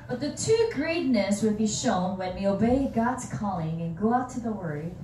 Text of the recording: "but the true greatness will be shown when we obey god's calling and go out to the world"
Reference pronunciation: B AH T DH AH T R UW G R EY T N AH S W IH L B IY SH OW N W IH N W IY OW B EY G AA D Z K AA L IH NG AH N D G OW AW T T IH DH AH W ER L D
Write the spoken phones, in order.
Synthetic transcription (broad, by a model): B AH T DH AH T UW G R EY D N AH S W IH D B IY SH OW N W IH N W IY OW B EY G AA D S K AA L IH NG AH N G OW AW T T IH DH AH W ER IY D